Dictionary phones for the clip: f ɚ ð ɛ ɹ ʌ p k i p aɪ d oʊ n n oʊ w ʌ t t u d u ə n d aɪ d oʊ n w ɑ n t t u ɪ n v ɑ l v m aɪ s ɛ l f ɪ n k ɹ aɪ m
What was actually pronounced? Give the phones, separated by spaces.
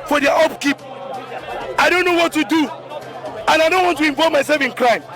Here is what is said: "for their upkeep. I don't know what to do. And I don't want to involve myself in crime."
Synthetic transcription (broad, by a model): f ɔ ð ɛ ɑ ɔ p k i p aɪ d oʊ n n oʊ w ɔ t t u d u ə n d aɪ d oʊ n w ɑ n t t u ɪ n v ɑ v m aɪ s ɛ l f ɪ n k ɹ aɪ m